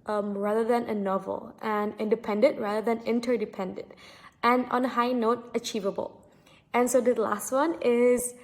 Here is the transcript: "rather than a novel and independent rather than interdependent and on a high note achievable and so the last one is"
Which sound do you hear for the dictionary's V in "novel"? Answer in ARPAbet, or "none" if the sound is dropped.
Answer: V